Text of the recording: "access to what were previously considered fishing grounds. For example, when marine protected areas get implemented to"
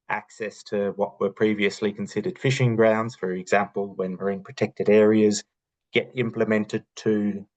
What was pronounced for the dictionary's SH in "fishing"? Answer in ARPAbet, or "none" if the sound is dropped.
SH